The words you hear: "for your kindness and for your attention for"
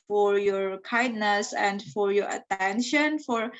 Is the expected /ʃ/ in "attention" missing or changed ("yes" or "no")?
no